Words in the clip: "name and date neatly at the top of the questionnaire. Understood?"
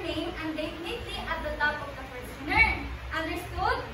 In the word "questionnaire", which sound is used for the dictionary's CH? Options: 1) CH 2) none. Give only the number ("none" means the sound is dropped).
2